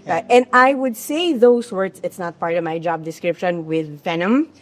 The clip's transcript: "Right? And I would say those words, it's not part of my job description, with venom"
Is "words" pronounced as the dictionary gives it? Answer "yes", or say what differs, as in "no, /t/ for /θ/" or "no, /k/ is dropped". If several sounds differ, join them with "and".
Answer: no, /s/ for /z/